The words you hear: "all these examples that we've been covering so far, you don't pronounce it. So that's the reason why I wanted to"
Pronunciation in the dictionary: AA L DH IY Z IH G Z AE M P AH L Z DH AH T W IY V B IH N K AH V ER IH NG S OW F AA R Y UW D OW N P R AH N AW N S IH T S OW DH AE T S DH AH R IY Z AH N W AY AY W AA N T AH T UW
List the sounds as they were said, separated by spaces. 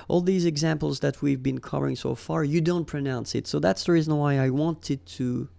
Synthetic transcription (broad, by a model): AA L DH IY Z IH G Z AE M P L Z DH AH T W IY V B IH N K AH V ER IH NG S OW F AA R Y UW D OW N P R AH N AW N S IH T S OW DH AE T S DH AH R IY Z AH N W AY AY W AA N T AH T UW